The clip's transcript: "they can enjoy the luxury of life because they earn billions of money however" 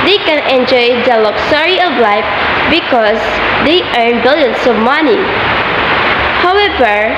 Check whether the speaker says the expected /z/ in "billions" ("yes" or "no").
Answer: no